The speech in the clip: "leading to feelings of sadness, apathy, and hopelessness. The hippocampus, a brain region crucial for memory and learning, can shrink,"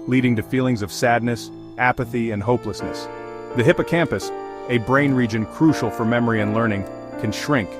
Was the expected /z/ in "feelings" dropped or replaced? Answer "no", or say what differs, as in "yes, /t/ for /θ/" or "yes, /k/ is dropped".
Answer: no